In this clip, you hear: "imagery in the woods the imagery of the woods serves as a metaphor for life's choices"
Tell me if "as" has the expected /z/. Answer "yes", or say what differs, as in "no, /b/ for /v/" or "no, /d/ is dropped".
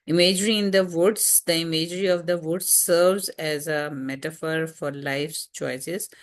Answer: yes